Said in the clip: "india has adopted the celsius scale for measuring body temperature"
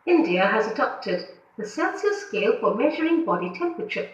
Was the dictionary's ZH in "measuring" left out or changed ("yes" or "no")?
no